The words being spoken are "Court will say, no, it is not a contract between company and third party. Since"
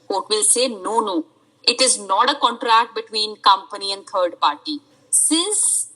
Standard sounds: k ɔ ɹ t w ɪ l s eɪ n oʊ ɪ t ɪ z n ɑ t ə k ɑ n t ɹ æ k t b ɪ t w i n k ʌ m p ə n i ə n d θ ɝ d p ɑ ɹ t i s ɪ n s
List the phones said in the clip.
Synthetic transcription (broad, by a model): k ɔ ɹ t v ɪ l s eɪ n oʊ ɪ t ɪ z n ɑ t ə k ɑ n t ɹ æ k t b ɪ t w i n k ʌ m p ə n i ə n d t ɝ d p ɑ ɹ t i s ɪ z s